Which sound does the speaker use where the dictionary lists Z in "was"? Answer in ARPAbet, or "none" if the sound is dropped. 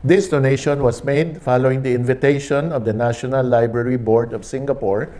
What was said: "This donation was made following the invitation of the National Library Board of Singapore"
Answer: S